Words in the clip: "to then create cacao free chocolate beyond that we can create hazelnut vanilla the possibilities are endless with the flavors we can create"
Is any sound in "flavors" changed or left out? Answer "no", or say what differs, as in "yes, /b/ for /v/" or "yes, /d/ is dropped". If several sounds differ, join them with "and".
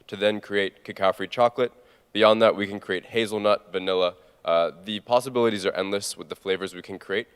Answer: no